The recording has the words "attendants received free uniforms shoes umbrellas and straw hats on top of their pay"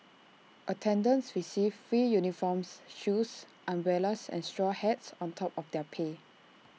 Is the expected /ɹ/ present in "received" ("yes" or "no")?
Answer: no